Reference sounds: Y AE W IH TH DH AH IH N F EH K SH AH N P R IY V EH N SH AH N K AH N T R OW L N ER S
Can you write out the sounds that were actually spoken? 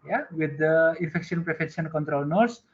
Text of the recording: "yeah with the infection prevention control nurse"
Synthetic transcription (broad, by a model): Y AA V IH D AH IH N F EH K SH AH N P R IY F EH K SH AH N K AH N T R OW L N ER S